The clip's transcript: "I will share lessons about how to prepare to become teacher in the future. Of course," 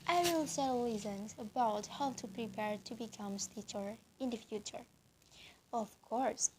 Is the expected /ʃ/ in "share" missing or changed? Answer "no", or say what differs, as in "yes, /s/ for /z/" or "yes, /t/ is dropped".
yes, /s/ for /ʃ/